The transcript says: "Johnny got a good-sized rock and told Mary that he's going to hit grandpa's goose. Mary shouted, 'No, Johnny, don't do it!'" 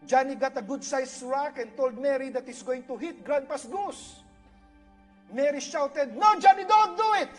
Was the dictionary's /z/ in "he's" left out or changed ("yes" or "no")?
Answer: yes